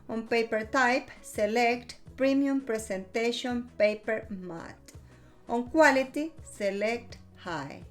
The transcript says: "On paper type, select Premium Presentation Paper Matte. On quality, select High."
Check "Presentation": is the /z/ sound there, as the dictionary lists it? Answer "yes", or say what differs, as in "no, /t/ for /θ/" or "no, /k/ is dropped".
no, /s/ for /z/